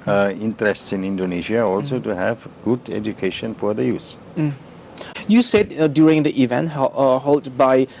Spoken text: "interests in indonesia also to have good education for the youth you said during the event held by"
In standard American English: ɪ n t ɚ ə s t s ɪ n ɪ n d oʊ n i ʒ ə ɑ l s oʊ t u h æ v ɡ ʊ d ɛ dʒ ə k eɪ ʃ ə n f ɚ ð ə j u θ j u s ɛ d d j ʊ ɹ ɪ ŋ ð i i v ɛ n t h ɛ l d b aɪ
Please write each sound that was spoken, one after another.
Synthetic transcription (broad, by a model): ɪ n t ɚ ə s t s ɪ n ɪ n d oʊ n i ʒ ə ɑ l s oʊ t u h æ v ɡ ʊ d ɛ dʒ ə k eɪ ʃ ə n f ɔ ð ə j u s j u s ɛ d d j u ɹ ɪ ŋ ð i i v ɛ n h h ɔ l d b aɪ